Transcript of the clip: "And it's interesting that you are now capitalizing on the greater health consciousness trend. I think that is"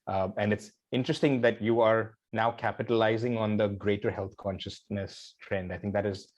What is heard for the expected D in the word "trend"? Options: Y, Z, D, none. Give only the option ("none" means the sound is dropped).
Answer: D